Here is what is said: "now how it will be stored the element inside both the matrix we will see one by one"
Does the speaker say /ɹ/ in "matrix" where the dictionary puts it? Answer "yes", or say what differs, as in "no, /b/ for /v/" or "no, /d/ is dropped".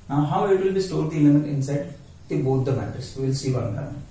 no, /ɹ/ is dropped